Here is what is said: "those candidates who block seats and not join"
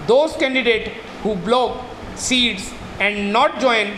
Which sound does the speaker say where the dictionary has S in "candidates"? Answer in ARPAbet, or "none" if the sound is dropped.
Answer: none